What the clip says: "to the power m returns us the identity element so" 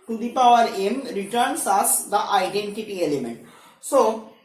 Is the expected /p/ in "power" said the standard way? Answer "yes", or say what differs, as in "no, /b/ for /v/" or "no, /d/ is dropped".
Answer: yes